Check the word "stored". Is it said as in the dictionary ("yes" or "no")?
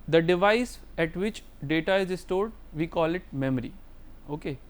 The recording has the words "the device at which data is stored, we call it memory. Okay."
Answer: yes